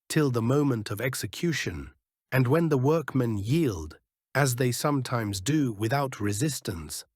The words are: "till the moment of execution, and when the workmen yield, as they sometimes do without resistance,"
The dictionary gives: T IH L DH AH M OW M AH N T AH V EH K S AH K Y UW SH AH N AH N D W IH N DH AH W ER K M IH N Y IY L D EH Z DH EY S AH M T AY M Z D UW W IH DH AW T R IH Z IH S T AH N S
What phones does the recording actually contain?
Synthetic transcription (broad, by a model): T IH L DH AH M OW M AH N T AH V EH K S AH K Y UW SH AH N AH N W IH N DH AH W ER K M IH N Y IY L D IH Z DH EY S AH M T AY M Z D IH W IH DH AW T R IH Z IH S T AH N S